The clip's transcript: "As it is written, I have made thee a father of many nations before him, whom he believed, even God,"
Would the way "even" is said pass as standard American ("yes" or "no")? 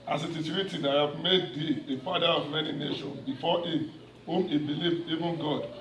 yes